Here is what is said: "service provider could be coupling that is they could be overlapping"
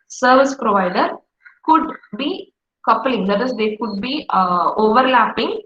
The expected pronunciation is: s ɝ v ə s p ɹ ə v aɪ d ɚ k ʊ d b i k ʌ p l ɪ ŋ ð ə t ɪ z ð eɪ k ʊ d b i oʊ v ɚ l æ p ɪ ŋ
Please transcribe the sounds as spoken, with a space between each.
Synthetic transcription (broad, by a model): s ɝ v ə s p ɹ ə v aɪ d ɚ k ʊ d b i k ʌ p l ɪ ŋ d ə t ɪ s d eɪ k ʊ d b i oʊ v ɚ l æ p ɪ ŋ